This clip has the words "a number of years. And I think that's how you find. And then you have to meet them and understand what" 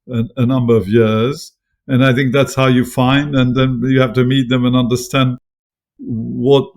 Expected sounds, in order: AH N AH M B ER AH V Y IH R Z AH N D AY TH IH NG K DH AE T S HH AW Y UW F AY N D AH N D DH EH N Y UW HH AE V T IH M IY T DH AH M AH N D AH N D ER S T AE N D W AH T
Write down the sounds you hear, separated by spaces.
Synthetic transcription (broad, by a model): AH N AH M B ER AH V Y IH R Z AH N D AY TH IH NG K DH AE T S HH AW Y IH F AY N D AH N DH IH N Y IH HH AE F T IH M IY T DH AH M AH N AH N D ER S T AE N D W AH T